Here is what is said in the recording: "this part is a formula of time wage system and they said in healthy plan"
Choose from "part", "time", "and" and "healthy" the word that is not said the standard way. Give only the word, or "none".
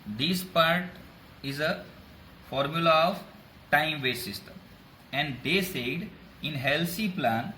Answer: healthy